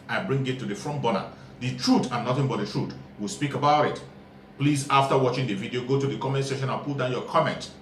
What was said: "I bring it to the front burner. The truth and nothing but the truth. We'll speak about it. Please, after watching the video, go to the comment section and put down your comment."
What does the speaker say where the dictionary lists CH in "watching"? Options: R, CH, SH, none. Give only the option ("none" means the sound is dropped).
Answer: CH